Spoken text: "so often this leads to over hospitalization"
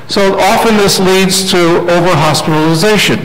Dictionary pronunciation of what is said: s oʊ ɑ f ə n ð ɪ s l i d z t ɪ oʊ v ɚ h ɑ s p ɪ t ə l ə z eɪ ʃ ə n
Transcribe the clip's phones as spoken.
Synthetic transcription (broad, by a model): s oʊ ɑ f ə n ð ɪ s l i d z t ɪ oʊ v ɚ h ɑ s p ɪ t l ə z eɪ ʃ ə n